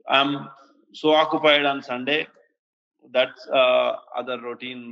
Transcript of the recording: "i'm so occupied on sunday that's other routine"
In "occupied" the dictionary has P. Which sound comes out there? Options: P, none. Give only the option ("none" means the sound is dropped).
P